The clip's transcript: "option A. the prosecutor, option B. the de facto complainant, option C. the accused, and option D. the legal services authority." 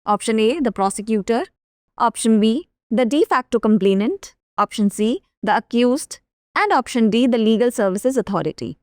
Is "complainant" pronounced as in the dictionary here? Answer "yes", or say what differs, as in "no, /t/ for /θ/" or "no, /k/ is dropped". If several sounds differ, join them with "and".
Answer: yes